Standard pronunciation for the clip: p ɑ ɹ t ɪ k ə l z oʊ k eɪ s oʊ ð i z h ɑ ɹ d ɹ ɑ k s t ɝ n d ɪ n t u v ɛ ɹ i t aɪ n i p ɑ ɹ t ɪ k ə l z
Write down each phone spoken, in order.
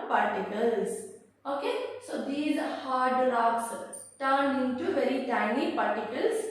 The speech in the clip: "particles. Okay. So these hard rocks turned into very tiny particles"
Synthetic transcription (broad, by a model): p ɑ ɹ t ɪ k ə l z oʊ k eɪ s oʊ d i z h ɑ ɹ d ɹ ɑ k s t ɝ n ɪ n t u v ɛ ɹ i t aɪ n i p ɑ ɹ t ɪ k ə l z